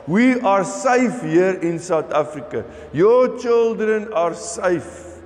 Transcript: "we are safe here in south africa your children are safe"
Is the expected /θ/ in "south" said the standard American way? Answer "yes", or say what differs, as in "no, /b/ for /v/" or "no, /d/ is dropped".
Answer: no, /t/ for /θ/